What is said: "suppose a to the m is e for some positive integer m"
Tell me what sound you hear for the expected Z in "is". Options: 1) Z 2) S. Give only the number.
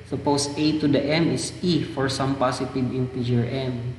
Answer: 2